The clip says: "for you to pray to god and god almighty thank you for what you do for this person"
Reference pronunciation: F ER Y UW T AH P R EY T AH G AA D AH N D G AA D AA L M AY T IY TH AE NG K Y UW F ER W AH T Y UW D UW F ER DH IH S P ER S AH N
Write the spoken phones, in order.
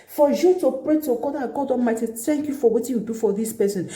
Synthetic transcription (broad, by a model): F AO Y UW T AH P R EY T AH G AA D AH G AA D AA M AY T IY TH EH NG K Y UW F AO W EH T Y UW D UW F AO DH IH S P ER S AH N